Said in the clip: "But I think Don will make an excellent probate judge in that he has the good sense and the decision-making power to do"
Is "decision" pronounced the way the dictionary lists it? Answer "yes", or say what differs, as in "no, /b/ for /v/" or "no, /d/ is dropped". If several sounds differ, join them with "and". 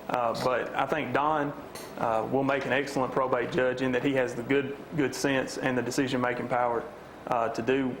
yes